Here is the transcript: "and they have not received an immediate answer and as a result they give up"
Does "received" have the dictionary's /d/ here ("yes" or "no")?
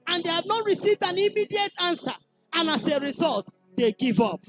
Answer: yes